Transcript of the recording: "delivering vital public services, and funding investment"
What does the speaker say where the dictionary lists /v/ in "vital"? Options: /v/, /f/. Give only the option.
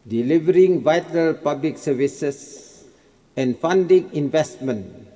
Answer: /v/